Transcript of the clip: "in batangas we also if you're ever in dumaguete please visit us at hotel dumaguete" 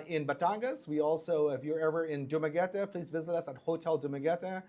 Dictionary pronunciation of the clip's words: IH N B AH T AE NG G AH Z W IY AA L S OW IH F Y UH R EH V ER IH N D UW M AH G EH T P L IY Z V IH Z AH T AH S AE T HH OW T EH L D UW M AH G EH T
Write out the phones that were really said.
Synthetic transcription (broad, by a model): IH N B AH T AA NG G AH S W IY AA L S OW IH F Y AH R EH V ER IH N D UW M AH G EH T P L IY Z V IH Z AH T AH S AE T HH OW T EH L D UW M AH G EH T